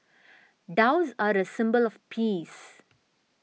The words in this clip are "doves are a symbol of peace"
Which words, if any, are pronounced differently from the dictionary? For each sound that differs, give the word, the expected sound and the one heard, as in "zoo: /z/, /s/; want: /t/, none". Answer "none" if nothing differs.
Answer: none